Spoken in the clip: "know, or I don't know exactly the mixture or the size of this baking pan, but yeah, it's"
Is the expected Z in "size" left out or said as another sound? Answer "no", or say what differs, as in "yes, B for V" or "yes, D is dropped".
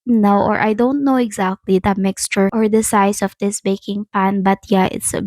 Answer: yes, S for Z